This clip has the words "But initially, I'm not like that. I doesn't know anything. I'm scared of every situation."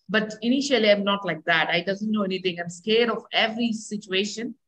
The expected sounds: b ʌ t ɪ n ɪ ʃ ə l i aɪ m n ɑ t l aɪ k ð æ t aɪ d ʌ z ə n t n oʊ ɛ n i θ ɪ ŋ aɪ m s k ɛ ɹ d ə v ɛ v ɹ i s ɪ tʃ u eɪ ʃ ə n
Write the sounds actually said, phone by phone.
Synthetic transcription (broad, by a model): b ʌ t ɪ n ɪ ʃ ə l i aɪ m n ɑ t l aɪ k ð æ t aɪ d ʌ z ə n t n oʊ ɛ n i t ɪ ŋ aɪ m s k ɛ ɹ d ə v ɛ v ɹ i s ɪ tʃ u eɪ ʃ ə n